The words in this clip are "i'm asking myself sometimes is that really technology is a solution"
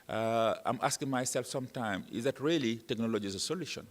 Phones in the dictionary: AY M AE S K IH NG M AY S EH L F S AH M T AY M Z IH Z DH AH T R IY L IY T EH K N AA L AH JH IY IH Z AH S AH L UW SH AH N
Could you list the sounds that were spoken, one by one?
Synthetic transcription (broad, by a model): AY M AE S K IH NG M AY S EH L F S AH M T AY M IH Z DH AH T R IY L IY T EH K N AA L AH JH IY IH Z AH S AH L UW SH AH N